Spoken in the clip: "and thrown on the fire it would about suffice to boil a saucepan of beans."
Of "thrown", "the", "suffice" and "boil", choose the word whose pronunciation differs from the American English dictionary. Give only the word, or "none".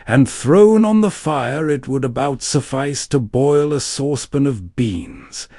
none